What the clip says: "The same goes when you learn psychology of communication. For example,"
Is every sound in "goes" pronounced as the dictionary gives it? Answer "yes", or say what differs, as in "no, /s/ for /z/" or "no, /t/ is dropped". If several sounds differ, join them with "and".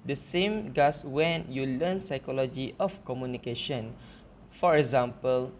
no, /s/ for /z/